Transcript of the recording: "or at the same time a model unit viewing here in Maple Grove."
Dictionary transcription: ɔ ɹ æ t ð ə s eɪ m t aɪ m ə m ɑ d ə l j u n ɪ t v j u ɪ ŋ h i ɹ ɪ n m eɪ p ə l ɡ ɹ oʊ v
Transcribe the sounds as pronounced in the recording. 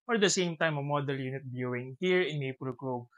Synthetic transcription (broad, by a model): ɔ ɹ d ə s eɪ m t aɪ m ə m ɑ d ə l j u n ɪ t b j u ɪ ŋ h i ɹ ɪ n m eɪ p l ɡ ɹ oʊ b